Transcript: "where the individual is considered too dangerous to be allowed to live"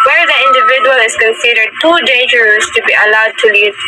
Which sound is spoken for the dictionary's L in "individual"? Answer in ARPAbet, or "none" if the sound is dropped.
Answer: L